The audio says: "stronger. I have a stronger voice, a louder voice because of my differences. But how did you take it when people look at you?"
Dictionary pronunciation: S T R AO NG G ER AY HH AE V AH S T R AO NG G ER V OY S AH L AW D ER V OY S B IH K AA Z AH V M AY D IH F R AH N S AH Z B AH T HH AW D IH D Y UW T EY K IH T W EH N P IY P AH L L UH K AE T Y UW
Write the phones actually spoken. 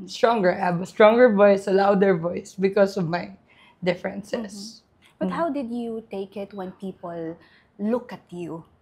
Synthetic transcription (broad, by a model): S T R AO NG G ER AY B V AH S T R AO NG G ER V OY S AH L AW D ER V OY S B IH K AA S AH V M AY D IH F R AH N S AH S B AH T HH AW D IH D Y UW T EY K IH T W EH N P IY P AH L L UH K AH T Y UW